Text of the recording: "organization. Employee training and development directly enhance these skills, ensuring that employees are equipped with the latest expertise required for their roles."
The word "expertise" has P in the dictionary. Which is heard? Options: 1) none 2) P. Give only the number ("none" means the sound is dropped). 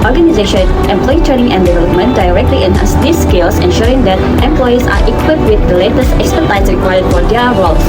1